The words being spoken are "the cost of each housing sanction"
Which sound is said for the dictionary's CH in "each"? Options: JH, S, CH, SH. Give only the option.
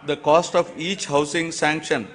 CH